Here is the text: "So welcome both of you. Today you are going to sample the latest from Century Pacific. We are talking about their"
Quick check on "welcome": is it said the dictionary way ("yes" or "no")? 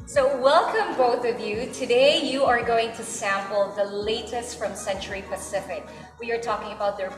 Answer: yes